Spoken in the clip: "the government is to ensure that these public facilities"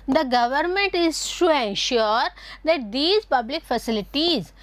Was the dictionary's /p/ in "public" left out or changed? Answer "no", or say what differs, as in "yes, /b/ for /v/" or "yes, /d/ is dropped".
no